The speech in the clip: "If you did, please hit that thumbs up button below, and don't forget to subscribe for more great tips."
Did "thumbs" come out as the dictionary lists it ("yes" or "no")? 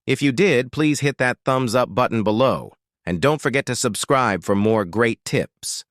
yes